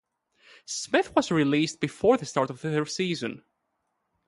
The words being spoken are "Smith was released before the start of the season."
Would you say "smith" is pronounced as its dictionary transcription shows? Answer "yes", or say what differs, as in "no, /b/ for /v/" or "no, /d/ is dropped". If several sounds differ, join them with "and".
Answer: yes